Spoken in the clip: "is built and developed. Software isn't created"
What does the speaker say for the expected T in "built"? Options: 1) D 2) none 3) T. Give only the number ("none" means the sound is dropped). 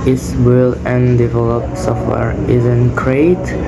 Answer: 2